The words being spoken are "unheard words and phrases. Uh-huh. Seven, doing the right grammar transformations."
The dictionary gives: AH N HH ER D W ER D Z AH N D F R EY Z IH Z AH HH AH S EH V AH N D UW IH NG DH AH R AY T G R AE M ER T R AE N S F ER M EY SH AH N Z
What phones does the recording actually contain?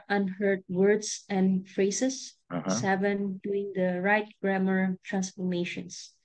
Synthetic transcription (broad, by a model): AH N HH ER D W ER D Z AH N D F R EY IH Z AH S S EH V AH N D UW IH NG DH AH R AY T G R AE M ER T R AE N S F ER M EY SH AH N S